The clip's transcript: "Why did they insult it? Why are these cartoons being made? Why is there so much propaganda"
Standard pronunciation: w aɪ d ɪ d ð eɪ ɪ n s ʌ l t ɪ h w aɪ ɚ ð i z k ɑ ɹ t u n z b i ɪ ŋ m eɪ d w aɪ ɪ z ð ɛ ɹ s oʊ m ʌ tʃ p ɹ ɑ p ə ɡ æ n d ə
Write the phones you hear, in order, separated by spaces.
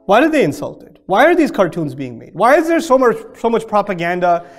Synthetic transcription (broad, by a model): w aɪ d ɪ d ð eɪ ɪ n s ʌ l t ɪ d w aɪ ɚ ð i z k ɑ ɹ t u n z b i ɪ ŋ m eɪ d w aɪ ɪ z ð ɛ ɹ s oʊ m ʌ tʃ p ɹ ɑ p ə ɡ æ n d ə